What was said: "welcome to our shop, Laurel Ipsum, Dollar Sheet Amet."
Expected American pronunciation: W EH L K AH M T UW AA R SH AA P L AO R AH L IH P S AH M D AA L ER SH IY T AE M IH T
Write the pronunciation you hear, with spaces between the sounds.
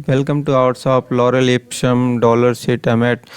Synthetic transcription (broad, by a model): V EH L K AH M T UW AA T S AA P L AO R AH L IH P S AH M D AA L ER S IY T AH M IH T